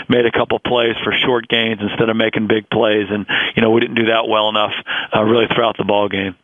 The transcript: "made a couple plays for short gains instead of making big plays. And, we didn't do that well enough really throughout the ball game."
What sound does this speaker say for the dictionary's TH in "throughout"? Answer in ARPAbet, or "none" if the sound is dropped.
TH